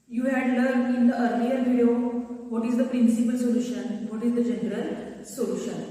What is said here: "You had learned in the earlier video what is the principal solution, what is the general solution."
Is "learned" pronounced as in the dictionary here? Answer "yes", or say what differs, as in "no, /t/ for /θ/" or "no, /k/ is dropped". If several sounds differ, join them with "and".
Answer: no, /n/ is dropped